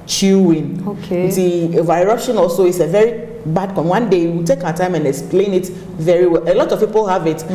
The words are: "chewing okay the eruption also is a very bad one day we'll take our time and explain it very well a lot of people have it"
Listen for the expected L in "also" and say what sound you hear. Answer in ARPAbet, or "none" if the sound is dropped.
L